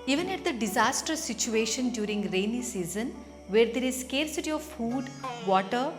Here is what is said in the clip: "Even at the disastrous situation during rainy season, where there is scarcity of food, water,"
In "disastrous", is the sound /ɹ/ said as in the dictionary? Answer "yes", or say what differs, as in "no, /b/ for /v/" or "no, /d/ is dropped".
no, /ɹ/ is dropped